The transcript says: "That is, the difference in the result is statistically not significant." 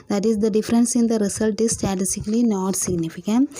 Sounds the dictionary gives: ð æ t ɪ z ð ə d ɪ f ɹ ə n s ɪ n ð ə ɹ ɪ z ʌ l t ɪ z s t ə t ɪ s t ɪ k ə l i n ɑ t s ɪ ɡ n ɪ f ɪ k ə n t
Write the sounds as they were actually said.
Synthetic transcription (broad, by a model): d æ t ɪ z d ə d ɪ f ɹ ə n s ɪ n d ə ɹ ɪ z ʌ l t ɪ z s t ə t ɪ s t ɪ k ə l i n ɑ t s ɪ ɡ n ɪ f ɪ k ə n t